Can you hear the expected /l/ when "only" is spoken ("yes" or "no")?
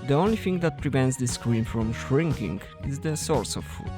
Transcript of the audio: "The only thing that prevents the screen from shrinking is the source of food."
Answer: yes